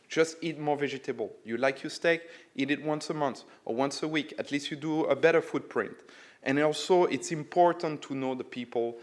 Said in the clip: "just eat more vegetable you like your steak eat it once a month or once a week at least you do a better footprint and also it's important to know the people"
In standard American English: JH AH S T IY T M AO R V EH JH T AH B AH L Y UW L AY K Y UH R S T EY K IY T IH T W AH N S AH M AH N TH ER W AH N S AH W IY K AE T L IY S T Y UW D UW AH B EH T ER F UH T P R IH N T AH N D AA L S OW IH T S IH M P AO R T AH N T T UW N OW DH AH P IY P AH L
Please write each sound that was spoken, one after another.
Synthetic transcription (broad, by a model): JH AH S T IY T M AO R V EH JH T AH B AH L Y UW L AY K Y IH S T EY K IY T IH T W AH N S AH M AH N TH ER W AH N S AH W IY K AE T L IY S T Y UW D UW AH B EH T ER F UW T P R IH N T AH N AA L S OW IH T S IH M P AO R T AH N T T UW N OW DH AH P IY P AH L